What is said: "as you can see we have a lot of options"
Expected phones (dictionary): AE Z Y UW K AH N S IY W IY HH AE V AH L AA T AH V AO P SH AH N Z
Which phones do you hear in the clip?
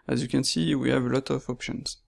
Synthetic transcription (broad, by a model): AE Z Y UW K AH N S IY W IY HH AE V AH L AA T AH V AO P SH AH N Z